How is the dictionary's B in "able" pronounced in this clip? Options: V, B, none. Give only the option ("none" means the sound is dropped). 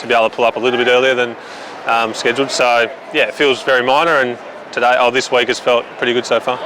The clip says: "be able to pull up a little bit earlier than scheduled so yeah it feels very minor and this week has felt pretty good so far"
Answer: none